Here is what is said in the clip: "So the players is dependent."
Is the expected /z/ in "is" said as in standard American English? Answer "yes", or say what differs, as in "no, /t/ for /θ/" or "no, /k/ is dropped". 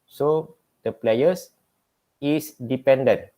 no, /s/ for /z/